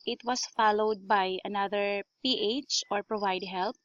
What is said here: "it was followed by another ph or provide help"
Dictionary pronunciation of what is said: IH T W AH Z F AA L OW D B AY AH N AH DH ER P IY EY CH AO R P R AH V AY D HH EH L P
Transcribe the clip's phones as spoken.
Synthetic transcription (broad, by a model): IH T W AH S F AA L OW D B AY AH N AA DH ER P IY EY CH AO R P R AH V AY D HH EH L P